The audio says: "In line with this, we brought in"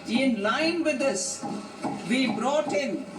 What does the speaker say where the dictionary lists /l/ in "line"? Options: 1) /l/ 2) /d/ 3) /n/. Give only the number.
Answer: 1